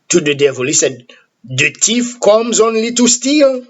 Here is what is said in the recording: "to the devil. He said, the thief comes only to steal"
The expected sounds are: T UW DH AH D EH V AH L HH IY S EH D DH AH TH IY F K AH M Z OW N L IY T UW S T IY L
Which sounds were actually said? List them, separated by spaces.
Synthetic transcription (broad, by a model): T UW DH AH D EH V AH L HH IY S EH D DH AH T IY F K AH M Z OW N L IY T UW S T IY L